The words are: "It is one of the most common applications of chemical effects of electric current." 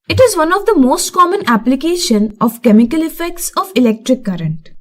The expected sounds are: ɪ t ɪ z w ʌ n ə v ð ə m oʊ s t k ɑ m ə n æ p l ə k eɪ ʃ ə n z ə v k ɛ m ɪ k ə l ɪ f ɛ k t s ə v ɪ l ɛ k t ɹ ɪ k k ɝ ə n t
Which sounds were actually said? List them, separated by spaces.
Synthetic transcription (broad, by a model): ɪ t ɪ z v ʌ n ə v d ə m oʊ s t k ɑ m ə n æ p l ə k eɪ ʃ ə n ə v k ɛ m ɪ k ə l ɪ f ɛ k t s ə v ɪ l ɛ k t ɹ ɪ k k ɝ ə n t